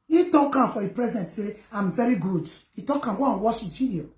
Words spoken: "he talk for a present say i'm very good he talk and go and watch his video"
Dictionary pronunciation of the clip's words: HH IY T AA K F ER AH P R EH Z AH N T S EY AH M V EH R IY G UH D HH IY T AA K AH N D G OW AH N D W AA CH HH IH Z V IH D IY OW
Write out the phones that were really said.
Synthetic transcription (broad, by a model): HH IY T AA K F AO AH P R EH Z AH N T S EY AH M V EH R IY G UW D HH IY T AA K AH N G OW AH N W AA SH HH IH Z V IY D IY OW